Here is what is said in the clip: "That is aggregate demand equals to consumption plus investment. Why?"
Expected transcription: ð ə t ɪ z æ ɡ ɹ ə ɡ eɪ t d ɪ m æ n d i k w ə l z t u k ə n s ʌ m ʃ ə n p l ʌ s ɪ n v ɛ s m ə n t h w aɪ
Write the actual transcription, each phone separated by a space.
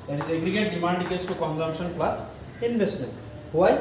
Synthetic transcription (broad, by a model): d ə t ɪ z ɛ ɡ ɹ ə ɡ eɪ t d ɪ m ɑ n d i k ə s t u k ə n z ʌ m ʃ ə n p l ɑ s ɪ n b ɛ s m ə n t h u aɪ